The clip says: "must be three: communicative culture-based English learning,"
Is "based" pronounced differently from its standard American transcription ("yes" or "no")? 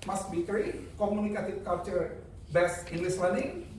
yes